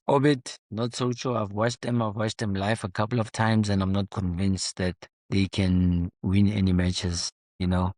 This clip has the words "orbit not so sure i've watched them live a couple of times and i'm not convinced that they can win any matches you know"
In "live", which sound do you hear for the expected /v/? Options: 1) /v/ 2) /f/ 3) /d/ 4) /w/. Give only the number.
2